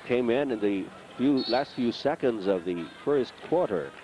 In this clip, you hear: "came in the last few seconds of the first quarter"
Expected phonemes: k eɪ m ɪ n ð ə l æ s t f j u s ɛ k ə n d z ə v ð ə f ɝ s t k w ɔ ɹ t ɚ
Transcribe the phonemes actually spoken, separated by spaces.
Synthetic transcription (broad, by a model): k eɪ m ɪ n ð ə l æ s t f j u s ɛ k ə n d z ə v ð ə f ɝ s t k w ɔ ɹ t ɚ